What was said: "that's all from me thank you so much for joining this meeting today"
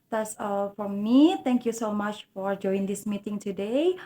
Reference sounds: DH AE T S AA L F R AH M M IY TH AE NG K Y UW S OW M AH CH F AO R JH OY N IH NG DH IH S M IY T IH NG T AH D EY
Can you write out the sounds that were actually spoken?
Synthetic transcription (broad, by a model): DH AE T S AA L F R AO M M IY T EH NG K Y UW S OW M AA CH F AO R JH OY IH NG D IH S M IY T IH NG T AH D EY